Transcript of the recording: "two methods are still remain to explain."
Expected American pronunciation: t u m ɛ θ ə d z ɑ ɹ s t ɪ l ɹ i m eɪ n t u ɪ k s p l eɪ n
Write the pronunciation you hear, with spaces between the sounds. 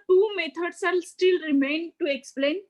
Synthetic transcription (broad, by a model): t u m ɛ t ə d s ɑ l s t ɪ l ɹ i m eɪ n t u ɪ k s p l eɪ n